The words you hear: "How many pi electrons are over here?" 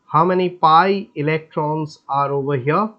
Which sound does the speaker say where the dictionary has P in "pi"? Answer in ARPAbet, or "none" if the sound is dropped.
P